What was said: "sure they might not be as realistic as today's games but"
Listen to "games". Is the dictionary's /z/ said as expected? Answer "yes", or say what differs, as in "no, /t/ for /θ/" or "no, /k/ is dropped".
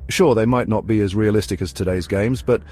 yes